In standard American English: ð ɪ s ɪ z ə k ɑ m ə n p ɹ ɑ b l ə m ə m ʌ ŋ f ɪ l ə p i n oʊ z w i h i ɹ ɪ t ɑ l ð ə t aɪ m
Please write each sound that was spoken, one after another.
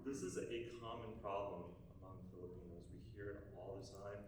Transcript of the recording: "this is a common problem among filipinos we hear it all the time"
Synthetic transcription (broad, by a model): ð ɪ s ɪ z ə k ɑ m ə n p ɹ ɑ b l ə m ə m ʌ ŋ f ɪ l ə p i n oʊ z w i h i ɹ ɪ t ɑ l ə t aɪ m